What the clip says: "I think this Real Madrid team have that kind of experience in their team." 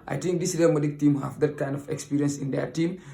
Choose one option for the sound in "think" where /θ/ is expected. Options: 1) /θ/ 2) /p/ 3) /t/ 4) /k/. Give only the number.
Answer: 3